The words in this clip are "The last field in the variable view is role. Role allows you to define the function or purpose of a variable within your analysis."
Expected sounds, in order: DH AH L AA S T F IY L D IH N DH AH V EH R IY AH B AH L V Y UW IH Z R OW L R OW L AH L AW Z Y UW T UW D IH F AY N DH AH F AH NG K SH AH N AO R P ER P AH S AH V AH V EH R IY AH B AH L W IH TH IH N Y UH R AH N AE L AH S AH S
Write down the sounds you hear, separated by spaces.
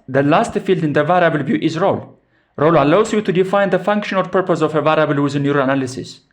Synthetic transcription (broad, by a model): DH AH L AA S T F IY L D IH N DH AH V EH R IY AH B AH L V Y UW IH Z R OW L R OW L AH L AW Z Y UW T UW D IH F AY N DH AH F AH NG K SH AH N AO L P ER P AH S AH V AH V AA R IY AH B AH L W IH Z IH N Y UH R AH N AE L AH S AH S